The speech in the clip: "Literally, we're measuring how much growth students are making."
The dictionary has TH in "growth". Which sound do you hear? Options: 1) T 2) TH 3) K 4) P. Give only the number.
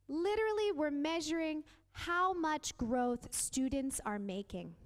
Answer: 2